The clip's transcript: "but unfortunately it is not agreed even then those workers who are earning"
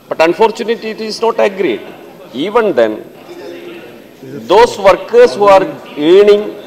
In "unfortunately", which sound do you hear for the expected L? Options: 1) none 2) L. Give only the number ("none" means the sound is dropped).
1